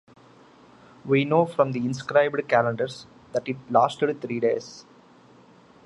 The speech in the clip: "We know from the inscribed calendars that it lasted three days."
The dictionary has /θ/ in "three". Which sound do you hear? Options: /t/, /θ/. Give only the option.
/t/